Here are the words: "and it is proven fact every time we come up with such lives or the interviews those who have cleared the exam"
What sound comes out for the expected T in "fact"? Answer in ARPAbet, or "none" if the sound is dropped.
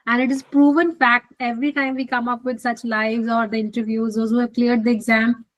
T